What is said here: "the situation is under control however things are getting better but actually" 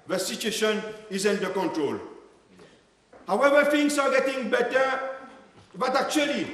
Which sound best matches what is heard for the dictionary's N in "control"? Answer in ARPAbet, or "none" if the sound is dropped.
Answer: N